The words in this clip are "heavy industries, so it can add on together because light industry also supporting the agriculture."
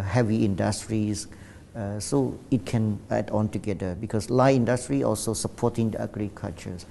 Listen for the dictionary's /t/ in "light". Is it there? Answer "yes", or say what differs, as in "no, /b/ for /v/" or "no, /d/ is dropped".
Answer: no, /t/ is dropped